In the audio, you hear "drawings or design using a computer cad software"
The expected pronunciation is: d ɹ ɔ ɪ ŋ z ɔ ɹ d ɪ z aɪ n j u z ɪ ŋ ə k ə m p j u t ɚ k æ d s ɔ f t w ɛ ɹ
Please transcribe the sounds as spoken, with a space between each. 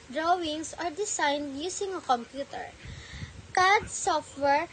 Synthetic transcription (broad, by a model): d ɹ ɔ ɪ ŋ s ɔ ɹ d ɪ s aɪ n j u s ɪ ŋ ə k ə m p j u t ɚ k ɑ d s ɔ f t w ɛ ɹ